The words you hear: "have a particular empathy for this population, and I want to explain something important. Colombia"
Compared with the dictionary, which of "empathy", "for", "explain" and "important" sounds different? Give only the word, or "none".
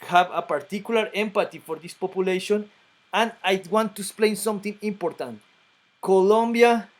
empathy